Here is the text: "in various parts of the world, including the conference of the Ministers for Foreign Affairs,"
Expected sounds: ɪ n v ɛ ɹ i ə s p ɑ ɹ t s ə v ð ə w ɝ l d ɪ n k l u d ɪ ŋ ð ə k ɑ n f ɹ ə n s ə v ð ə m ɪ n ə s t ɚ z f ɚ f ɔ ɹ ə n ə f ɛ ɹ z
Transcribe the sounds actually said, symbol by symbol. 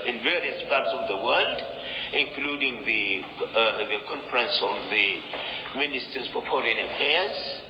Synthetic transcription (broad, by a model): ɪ n v ɛ ɹ i ə s p ɑ ɹ t s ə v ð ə w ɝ l d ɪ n k l u d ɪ ŋ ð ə k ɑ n f ɹ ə n s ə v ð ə m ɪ n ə s t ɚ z p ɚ p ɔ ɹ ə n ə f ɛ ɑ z